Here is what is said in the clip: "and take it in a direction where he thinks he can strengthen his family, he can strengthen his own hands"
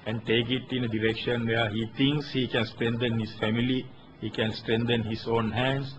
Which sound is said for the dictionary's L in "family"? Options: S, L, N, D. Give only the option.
L